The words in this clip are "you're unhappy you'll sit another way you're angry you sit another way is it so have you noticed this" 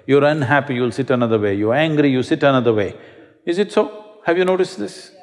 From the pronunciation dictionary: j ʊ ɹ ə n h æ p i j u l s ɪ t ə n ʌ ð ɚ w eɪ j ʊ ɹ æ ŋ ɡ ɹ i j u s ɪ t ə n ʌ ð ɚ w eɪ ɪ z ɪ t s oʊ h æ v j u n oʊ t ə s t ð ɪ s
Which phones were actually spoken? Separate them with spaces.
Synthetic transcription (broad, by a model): j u ɹ ə n h æ p i j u l s ɪ t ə n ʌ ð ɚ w eɪ j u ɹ æ ŋ ɡ ɹ i j u s ɪ t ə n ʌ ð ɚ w eɪ ɪ z ɪ t s oʊ h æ v j u n oʊ t ə s t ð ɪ s